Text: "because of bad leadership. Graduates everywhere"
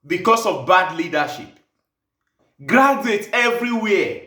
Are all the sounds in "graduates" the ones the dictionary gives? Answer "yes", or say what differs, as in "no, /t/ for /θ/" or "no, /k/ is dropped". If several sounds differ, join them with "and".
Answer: no, /s/ is dropped